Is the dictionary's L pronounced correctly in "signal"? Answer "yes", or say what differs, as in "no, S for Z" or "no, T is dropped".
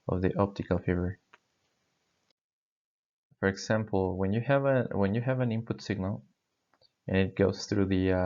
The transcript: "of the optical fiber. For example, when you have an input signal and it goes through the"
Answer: yes